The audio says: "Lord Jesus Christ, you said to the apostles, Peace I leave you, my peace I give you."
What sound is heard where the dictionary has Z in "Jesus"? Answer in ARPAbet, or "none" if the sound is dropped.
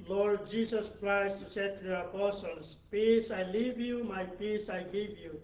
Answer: S